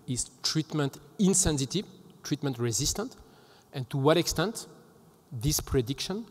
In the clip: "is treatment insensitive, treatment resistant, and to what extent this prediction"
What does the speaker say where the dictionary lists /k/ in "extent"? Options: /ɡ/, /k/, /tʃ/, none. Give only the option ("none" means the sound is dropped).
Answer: /k/